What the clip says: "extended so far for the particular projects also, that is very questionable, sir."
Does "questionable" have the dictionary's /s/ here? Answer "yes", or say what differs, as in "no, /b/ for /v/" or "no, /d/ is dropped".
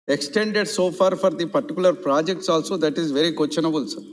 no, /s/ is dropped